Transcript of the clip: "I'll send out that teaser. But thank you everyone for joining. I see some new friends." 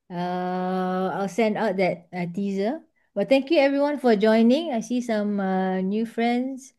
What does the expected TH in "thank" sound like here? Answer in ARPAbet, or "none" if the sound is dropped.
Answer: T